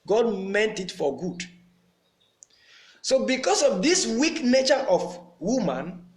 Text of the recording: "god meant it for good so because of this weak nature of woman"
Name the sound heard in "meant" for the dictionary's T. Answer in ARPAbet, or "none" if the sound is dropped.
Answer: T